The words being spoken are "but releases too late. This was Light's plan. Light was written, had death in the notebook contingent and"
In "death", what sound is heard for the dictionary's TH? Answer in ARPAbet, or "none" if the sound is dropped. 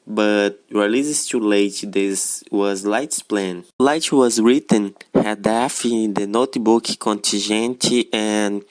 F